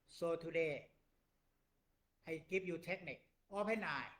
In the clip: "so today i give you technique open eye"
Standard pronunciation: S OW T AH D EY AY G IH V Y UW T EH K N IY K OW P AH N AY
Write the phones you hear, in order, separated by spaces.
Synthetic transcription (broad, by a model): S OW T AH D EY AY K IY P Y UW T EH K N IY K OW P AH N AY